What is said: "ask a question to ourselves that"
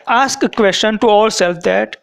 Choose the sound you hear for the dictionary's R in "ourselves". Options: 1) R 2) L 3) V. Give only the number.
2